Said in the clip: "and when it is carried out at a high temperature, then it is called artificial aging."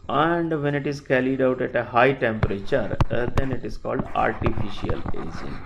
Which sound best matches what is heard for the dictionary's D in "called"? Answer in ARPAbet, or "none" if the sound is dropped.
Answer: D